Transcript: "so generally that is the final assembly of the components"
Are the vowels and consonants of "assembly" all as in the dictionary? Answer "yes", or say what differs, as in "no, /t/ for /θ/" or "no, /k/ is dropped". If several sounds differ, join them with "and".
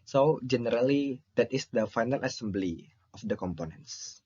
yes